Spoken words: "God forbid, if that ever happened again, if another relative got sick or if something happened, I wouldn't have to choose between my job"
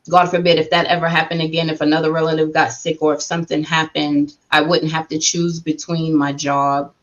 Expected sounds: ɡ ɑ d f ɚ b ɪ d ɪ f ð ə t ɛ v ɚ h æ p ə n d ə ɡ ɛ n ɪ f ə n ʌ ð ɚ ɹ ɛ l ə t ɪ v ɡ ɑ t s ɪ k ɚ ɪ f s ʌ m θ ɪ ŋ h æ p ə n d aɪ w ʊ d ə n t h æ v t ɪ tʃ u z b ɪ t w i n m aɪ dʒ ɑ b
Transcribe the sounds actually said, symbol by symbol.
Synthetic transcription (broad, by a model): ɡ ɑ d f ɚ b ɪ d ɪ f ð ə t ɛ v ɚ h æ p ə n d ə ɡ ɛ n ɪ f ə n ʌ ð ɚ ɹ ɛ l ə t ɪ v ɡ ɑ t s ɪ k ɚ ɪ f s ʌ m θ ɪ ŋ h æ p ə n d aɪ w ʊ d n t h æ f t ɪ tʃ u z b ɪ t w i n m aɪ dʒ ɑ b